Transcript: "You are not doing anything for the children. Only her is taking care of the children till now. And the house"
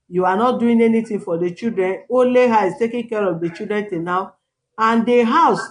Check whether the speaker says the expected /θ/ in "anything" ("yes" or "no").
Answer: no